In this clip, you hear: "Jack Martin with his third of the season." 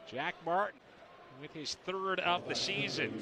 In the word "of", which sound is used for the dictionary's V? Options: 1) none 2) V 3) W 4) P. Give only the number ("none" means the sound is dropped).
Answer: 4